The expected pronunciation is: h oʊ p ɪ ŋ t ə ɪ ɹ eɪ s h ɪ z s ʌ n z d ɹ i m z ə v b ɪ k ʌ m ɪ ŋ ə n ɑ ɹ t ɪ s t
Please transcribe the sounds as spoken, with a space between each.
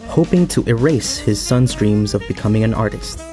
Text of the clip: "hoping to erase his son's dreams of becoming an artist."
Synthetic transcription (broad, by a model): h oʊ p ɪ ŋ t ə ɪ ɹ eɪ s h ɪ z s ʌ n z d ɹ i m z ə v b ɪ k ʌ m ɪ ŋ ə n ɑ ɹ t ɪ s t